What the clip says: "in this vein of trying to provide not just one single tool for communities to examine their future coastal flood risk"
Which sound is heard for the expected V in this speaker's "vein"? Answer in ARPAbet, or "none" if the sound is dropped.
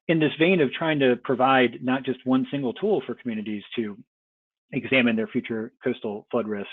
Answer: V